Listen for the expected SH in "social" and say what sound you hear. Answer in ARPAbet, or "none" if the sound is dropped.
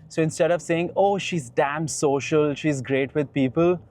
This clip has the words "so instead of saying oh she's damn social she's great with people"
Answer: SH